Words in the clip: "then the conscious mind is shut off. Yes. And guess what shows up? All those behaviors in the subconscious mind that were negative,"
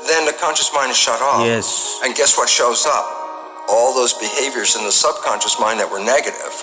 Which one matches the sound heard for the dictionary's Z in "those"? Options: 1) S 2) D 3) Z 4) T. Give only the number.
3